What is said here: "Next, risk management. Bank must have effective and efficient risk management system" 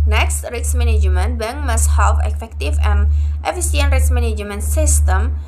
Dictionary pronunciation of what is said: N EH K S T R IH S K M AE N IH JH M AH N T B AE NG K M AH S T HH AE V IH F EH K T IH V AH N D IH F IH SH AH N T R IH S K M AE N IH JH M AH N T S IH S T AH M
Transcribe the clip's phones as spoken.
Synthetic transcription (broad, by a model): N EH K S T R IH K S M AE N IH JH M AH N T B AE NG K M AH S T HH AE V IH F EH K T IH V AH N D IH F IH S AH N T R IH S M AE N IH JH M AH N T S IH S T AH M